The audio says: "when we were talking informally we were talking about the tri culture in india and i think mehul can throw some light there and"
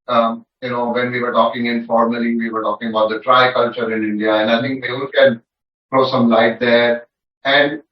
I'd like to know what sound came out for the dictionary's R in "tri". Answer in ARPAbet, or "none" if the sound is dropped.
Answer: R